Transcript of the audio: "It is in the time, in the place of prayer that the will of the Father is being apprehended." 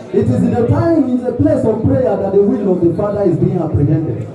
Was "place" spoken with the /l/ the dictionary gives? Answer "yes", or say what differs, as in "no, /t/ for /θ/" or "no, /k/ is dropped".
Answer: yes